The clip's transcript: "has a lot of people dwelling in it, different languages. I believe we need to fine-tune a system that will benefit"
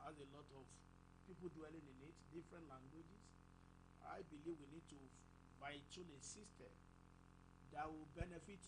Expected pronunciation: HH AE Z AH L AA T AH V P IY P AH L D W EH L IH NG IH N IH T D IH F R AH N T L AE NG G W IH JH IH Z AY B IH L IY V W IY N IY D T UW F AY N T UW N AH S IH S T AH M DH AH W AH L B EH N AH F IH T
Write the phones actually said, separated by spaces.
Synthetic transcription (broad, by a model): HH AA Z AH L AA T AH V P IY P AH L D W EH L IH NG IH N IH T D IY F R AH N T L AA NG G W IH JH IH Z AY B IH L IY V W IY N IY D T UW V AY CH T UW L AH S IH S T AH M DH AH W AH L B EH N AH F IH T